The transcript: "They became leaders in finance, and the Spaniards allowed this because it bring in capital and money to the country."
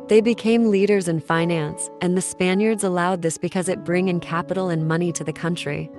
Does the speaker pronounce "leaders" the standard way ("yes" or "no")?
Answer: yes